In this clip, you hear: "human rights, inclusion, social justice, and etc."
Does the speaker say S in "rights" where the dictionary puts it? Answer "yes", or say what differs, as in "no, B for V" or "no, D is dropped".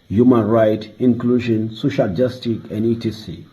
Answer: no, S is dropped